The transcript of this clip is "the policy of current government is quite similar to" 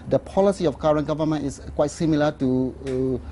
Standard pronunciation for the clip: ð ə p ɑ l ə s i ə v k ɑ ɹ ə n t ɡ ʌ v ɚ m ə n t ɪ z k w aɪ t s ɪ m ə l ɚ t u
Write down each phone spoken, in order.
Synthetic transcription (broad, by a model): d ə p ɑ l ə s i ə f k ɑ ɹ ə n ɡ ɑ v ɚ m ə n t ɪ s k w aɪ t s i m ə l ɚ t u